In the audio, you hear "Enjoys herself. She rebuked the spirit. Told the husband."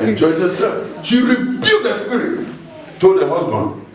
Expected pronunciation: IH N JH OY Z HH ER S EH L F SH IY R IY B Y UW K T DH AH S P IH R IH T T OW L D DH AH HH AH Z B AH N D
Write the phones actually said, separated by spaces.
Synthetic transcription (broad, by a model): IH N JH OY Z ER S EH F SH IY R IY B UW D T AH S P IH R IH T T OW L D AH HH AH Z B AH N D